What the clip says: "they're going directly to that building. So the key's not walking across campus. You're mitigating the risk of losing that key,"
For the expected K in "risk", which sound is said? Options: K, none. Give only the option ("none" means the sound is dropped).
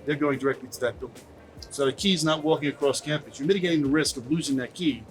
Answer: K